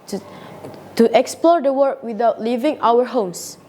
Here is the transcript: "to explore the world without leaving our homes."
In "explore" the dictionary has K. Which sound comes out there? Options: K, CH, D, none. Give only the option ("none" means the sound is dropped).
K